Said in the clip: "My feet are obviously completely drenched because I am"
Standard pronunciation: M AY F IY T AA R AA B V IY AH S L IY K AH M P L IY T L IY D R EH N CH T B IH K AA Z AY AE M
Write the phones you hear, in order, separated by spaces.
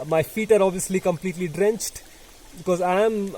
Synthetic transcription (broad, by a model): M AY F IY T AA R AA B V IY AH S L IY K AH M P L IY T L IY D R EH N CH T B IH K AA Z AY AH M